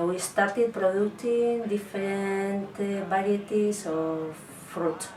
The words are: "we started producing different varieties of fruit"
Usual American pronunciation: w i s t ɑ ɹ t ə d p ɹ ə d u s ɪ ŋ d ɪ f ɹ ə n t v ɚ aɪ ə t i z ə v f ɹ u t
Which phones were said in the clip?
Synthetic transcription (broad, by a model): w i s t ɑ ɹ t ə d p ɹ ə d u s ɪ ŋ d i f ɹ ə n t b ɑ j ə t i s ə f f ɹ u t